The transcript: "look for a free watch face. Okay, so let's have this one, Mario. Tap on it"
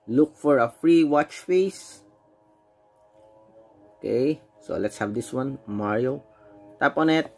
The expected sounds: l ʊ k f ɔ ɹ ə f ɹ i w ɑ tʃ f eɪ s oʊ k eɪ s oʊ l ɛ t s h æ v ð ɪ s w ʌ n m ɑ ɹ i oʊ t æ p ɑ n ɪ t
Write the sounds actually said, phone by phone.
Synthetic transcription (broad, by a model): l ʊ k f ɔ ɹ ə f ɹ i w ɑ tʃ f eɪ s oʊ k eɪ s oʊ l ɛ t s h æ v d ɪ s w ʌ n m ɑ ɹ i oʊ t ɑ p ɑ n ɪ t